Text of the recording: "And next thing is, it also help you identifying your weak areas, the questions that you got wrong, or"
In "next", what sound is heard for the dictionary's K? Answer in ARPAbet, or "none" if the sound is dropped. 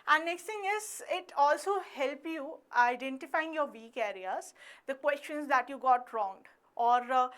K